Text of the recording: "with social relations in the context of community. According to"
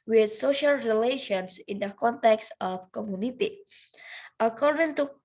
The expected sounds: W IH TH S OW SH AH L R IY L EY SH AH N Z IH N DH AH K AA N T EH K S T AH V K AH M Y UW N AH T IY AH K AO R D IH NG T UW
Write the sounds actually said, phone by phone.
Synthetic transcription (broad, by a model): W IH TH S OW SH AH L R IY L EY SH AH N S IH N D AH K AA N T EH K S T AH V K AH M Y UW N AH T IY AH K AO R D IH NG T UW